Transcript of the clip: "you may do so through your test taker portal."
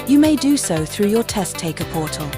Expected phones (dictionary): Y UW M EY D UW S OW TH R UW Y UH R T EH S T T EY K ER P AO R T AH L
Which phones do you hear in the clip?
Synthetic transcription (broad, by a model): Y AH M EY D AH S OW TH R UW Y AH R T EH S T T EY K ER P AO T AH L